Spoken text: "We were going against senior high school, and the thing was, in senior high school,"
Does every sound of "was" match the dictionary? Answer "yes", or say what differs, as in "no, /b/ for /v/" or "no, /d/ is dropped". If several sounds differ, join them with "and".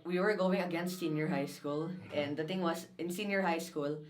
no, /s/ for /z/